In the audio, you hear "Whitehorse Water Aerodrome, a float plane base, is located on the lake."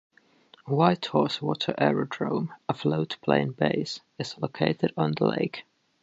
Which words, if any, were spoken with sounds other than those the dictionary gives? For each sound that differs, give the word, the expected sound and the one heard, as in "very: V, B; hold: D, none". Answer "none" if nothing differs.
none